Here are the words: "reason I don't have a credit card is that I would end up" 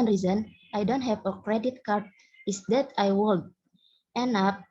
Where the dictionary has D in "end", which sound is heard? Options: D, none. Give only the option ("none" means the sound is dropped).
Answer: none